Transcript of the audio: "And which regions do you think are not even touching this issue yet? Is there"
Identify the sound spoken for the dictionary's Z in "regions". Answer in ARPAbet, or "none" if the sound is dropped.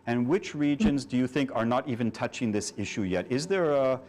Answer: Z